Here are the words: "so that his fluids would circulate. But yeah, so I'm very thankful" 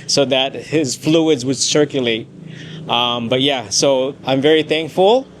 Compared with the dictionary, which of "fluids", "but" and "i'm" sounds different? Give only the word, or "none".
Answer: none